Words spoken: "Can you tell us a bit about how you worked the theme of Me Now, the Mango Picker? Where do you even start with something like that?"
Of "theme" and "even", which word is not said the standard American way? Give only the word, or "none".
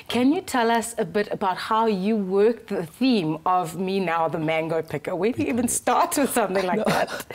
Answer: none